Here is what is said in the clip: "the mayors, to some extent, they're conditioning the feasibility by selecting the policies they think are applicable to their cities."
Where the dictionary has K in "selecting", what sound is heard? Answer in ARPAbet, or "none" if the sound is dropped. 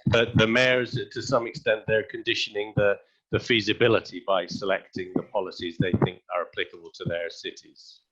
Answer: K